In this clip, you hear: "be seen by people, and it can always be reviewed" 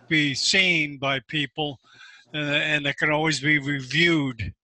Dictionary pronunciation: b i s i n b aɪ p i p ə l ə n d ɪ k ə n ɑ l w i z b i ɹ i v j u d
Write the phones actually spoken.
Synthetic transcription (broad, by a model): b i s i n b aɪ p i p l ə n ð ɪ k ə n ɑ l w i z b i ɹ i v j u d